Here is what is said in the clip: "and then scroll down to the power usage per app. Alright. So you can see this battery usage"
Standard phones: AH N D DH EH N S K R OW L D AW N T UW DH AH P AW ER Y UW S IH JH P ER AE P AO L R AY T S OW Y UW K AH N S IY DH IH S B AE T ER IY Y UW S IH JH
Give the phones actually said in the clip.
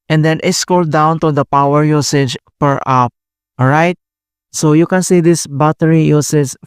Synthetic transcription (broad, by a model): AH N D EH N S K OW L D AW N T UW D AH P AW ER Y UW S IH JH P ER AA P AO R AY T S OW Y UW K AH N S IY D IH S B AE T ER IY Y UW S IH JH